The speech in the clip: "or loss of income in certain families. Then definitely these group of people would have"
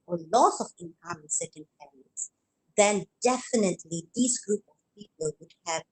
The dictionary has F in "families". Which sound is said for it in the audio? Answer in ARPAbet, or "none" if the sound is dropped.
P